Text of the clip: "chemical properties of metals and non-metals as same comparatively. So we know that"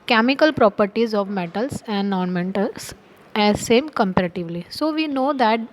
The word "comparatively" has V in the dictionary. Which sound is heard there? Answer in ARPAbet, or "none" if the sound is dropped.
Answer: V